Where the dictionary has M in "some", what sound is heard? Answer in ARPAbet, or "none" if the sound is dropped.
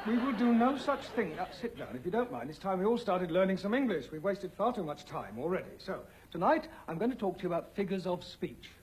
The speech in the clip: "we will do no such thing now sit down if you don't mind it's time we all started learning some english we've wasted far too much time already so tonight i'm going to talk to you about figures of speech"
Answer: M